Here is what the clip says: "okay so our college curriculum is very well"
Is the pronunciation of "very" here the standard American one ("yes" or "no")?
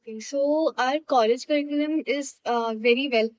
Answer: yes